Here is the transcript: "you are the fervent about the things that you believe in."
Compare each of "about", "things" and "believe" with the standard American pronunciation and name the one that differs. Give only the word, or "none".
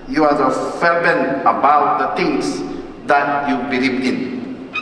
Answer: things